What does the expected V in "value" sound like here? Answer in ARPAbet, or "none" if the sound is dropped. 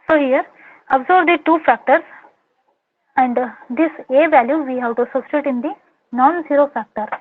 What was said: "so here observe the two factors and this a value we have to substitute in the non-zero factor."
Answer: V